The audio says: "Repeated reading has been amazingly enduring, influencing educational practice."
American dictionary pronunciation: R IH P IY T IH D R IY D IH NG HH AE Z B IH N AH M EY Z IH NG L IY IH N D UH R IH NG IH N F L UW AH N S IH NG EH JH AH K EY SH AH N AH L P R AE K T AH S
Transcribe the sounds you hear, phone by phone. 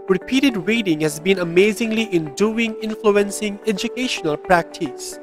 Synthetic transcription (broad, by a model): R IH P IY T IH D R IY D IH NG HH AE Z B IH N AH M EY Z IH NG L IY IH N D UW IH NG IH N F L UW AH N S IH NG EH JH AH K EY SH AH N AH L P R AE K T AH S